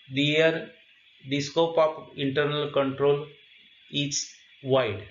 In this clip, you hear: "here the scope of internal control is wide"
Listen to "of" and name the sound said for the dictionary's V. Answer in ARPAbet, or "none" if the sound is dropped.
P